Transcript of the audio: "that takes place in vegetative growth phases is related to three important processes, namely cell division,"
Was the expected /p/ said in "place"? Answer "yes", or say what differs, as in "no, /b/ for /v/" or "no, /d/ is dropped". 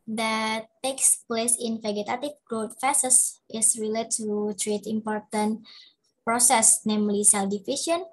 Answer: yes